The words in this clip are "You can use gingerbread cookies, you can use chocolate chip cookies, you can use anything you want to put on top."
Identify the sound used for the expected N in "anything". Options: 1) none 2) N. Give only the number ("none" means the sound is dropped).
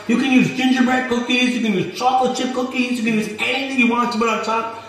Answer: 1